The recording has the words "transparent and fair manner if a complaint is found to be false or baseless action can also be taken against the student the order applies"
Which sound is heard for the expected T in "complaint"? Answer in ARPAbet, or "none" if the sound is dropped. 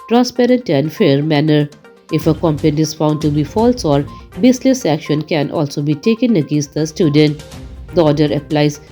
none